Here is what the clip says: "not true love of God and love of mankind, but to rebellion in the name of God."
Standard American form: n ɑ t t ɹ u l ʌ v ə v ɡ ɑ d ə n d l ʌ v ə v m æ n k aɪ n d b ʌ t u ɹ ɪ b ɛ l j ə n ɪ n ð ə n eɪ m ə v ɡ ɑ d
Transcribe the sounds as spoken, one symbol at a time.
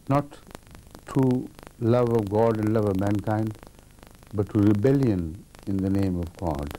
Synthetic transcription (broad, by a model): n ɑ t t u l ʌ v ə v ɡ ɑ d ə n d l ʌ v ə v m æ n k aɪ n d b ʌ t u ɹ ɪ b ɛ l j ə n ɪ n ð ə n eɪ m ə v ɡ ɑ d